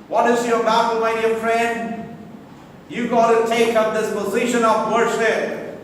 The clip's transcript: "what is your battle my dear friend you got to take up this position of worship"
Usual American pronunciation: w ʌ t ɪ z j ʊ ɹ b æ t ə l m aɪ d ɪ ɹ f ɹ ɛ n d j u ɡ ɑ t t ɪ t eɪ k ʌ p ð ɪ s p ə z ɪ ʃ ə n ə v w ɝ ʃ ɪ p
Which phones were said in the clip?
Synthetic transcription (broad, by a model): w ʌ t ɪ z j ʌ ɹ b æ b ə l m aɪ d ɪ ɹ f ɹ ɛ n d j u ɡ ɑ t t ɪ t eɪ k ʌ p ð ɪ s p ə z ɪ ʃ ə n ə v w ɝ ʃ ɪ p